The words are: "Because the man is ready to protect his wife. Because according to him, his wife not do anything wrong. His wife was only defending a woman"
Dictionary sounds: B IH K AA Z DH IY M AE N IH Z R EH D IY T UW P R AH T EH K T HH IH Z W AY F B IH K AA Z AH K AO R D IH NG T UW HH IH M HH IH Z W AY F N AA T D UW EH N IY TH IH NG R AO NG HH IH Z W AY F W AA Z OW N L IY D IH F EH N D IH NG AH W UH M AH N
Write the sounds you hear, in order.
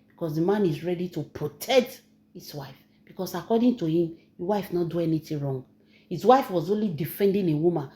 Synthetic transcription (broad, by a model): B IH K AA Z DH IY M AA N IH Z R EH D IY T UW P R AH T EH K T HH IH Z W AY F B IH K AA S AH K AO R D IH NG T UW HH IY M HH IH W AY F N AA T D UW EH N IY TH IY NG R AO NG HH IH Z W AY F W AA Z OW N L IY D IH F EH N D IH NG AH W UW M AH N